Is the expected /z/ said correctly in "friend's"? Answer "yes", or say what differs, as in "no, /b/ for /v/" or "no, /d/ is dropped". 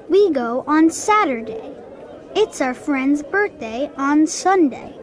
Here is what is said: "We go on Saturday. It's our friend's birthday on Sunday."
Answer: yes